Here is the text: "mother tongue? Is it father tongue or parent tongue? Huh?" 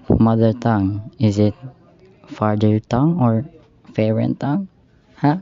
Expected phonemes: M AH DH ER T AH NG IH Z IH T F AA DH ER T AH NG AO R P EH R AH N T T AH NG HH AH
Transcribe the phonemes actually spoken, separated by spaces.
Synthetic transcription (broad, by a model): M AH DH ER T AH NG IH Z IH T F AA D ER T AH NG AO R F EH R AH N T T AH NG HH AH